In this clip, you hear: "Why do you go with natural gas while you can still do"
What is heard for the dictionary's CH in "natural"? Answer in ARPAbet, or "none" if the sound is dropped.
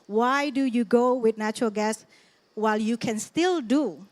CH